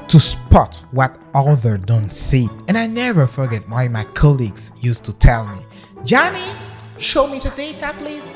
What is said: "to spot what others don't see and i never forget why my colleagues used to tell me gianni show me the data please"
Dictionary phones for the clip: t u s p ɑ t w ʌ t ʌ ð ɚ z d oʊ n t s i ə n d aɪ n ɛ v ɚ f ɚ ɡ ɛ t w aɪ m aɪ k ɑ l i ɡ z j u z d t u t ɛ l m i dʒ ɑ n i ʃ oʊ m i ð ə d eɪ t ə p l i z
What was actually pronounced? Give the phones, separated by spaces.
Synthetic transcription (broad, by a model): t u s p ɑ t w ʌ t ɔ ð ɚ d oʊ n t s i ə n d aɪ n ɛ v ɚ f ɚ ɡ ɛ t w aɪ m aɪ k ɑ l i ɡ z j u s t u t ɛ l m i dʒ ɑ n i ʃ oʊ m i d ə d eɪ t ə p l i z